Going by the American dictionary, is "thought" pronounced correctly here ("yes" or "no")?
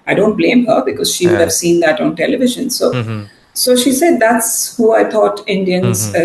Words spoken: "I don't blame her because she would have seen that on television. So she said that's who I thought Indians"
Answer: no